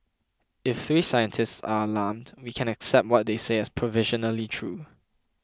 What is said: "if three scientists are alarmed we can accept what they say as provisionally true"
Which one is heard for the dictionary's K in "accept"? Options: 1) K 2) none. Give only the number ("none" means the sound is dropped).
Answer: 1